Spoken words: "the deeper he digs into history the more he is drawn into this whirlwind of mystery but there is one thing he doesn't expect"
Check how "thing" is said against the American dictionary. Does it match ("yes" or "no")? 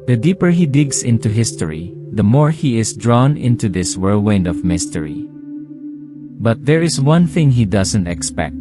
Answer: yes